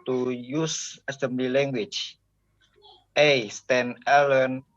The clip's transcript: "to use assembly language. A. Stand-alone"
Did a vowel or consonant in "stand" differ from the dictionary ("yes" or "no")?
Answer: yes